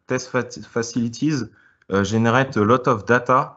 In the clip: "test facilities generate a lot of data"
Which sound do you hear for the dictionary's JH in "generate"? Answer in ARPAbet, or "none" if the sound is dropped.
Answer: ZH